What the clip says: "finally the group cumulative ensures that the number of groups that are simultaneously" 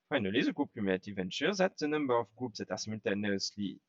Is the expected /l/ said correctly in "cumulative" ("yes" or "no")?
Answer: no